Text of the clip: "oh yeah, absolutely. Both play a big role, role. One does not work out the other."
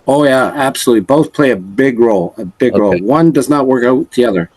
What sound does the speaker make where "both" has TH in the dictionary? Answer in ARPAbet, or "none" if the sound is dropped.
TH